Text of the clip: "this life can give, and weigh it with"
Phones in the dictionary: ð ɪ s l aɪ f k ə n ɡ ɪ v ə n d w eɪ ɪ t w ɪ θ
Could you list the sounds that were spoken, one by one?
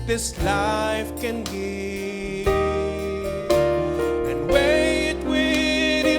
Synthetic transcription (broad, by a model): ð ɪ s l aɪ f k ə n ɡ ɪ ə n w eɪ ɪ t w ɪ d